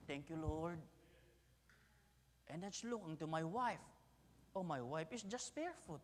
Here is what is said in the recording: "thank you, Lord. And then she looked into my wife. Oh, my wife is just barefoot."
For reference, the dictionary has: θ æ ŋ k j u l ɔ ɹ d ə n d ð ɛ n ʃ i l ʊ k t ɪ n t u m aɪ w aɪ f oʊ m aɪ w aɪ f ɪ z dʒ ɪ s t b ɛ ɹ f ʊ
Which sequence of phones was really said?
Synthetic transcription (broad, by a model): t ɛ ŋ k j u l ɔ ɹ d ə n d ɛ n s l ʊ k ɪ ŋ t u m aɪ w aɪ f oʊ m aɪ w aɪ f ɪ s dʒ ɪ s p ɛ ɹ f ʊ